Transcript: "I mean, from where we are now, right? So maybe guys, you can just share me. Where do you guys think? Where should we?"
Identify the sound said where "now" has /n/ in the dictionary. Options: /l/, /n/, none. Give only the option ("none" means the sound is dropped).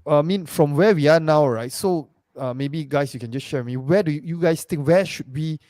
/n/